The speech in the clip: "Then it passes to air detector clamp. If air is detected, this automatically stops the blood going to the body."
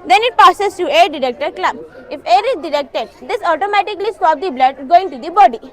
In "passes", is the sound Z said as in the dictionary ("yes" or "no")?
no